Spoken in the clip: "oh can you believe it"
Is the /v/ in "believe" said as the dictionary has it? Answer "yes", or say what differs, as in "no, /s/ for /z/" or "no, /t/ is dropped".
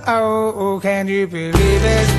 yes